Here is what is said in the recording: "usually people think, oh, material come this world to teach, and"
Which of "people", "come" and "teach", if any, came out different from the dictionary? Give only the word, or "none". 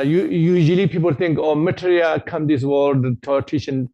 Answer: teach